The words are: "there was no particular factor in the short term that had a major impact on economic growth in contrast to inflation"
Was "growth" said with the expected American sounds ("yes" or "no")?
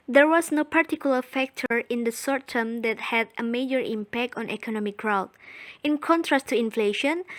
no